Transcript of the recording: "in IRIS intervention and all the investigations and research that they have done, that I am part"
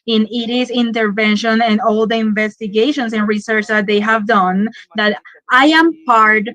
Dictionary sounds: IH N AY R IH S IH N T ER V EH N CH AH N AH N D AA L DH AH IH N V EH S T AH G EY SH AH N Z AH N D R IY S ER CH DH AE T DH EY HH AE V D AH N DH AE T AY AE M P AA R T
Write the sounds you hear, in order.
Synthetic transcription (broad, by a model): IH N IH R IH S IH N T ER V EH N SH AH N AH N D AA L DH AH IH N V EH S T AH G EY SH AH N S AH N R IY S ER CH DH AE T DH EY HH AE V D AH N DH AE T AY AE M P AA R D